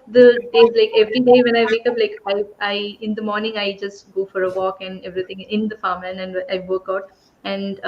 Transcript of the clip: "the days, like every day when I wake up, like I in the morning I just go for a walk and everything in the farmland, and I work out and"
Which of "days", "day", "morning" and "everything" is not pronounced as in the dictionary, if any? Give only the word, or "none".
everything